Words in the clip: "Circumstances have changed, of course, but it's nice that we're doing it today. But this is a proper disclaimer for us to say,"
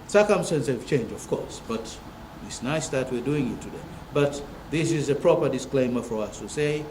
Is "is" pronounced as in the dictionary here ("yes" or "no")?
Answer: yes